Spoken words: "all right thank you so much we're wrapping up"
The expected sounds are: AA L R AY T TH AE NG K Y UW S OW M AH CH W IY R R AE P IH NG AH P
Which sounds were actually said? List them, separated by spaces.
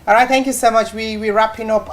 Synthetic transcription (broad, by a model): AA R AY T TH AE NG K Y UW S OW M AH CH W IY W R AE P IH NG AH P